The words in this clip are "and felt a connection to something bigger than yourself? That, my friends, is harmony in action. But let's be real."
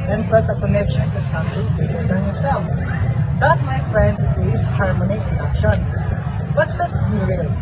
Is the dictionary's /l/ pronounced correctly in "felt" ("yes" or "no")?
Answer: no